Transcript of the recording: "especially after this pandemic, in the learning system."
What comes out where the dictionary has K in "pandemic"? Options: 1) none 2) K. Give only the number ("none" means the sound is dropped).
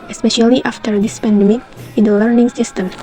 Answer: 1